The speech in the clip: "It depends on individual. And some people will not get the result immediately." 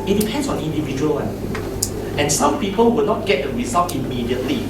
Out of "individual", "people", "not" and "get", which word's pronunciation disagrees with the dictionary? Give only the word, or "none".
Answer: individual